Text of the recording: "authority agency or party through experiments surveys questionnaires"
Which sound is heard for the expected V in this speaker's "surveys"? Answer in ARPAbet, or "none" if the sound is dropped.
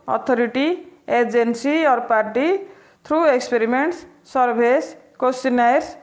B